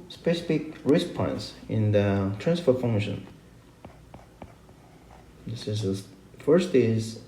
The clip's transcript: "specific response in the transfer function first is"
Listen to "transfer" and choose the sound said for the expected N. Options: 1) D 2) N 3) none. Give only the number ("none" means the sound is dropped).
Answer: 2